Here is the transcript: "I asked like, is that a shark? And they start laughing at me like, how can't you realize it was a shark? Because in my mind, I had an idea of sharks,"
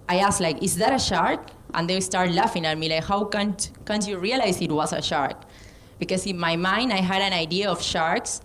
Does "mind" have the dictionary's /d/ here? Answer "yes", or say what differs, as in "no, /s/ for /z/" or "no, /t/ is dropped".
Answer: yes